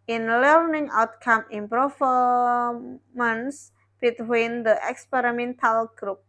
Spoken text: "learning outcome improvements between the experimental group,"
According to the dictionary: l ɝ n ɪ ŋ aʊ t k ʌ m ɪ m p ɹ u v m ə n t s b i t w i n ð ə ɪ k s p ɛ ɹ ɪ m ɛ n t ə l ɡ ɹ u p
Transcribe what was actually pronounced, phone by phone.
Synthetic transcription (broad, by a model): l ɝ n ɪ ŋ aʊ t k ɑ m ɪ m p ɹ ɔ f m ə n s b i t w i n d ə ɪ k s p ɛ ɹ ɪ m ɛ n t ə l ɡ ɹ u p